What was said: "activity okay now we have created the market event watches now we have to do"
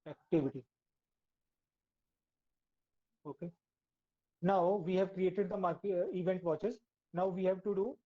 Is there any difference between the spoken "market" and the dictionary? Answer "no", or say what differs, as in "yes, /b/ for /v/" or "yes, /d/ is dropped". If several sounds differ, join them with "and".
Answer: yes, /t/ is dropped